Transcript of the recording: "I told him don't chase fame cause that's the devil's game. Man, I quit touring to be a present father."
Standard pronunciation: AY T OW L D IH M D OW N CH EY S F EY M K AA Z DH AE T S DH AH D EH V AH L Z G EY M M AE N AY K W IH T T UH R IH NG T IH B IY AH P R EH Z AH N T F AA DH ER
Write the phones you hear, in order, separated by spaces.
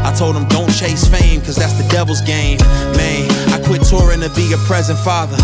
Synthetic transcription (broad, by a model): AY T OW L D IH M D OW N CH EY S F EY M K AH Z DH AE T S DH AH D EH V L Z G EY M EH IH AY K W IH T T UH R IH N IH B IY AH P R EH Z AH N T F AA DH ER